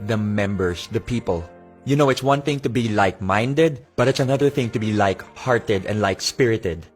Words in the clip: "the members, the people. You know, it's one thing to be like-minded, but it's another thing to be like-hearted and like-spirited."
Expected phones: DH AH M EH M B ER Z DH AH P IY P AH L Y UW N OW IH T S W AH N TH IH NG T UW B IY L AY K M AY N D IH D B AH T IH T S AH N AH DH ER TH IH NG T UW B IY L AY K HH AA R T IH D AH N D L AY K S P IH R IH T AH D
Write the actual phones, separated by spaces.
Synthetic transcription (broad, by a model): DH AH M EH M B ER S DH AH P IY P AH L Y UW N OW IH T S W AH N TH IH NG T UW B IY L AY K M AY N D IH D B AH T IH T S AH N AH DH ER TH IH NG T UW B IY L AY K HH AA R T IH D AH N D L AY K S P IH R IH T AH D